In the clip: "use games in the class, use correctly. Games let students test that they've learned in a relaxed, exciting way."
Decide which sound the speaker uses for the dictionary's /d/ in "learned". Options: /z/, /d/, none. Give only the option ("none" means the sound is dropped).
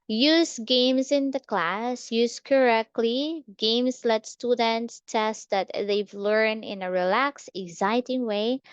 none